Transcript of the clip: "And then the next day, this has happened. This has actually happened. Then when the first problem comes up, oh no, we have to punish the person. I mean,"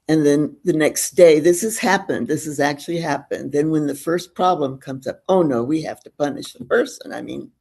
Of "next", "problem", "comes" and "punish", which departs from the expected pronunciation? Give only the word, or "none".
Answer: none